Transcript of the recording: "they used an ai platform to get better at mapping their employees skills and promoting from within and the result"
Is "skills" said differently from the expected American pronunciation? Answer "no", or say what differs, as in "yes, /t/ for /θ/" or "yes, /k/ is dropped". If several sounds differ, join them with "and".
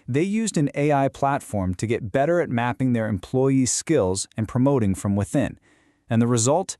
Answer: no